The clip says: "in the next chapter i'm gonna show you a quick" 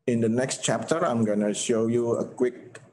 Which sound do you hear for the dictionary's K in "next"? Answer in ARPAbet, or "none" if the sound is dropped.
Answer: K